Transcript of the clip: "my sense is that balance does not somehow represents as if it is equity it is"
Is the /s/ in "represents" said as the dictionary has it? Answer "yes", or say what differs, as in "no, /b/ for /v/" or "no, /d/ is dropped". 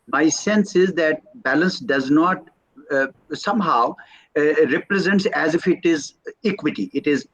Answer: yes